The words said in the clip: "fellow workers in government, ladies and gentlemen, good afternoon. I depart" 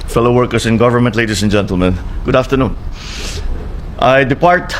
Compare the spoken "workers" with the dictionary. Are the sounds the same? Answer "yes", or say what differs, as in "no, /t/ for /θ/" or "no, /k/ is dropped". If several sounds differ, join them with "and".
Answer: no, /s/ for /z/